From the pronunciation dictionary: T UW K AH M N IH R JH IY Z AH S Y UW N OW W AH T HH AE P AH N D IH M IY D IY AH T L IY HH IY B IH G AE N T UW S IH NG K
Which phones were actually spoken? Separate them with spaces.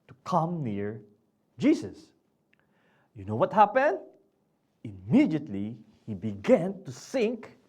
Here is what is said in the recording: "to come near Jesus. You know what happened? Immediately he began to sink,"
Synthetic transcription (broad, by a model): T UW K AH M N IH R JH IY S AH S Y UW N OW W AH T HH AE P AH N D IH M IY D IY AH T L IY HH IY B IH G AE N T UW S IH NG K